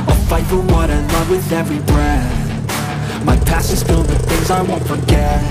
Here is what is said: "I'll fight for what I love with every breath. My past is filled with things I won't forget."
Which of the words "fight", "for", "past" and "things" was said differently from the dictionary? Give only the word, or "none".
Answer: past